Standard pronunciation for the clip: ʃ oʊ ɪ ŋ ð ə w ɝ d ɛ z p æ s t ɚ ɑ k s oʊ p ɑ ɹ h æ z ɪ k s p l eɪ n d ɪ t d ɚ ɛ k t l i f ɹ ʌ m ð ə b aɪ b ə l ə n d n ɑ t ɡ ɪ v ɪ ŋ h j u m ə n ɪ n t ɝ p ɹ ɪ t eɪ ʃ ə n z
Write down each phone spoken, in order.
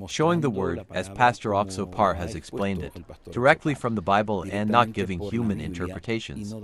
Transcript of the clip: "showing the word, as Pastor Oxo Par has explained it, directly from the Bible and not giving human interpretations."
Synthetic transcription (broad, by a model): ʃ oʊ ɪ ŋ ð ə w ɝ d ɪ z p æ s t ɚ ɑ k s oʊ p ɑ ɹ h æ z ɪ k s p l eɪ n d ɪ t d ɚ ɛ k t l i f ɹ ʌ m ð ə b aɪ b ə l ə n n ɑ t ɡ ɪ v ɪ ŋ h j u m ə n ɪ n t ɝ p ɹ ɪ t eɪ ʃ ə n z